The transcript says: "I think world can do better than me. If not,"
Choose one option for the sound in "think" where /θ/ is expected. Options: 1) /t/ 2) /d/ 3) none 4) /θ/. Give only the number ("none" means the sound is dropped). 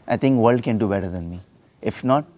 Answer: 1